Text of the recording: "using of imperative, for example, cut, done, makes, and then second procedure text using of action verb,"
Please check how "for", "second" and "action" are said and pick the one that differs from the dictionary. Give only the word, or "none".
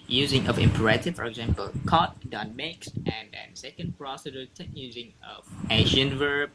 action